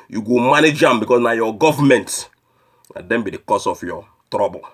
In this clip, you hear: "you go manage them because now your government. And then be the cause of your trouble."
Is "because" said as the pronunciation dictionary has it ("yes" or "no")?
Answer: no